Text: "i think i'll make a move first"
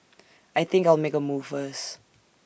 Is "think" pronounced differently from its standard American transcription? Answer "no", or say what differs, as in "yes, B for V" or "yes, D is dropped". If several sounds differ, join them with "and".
no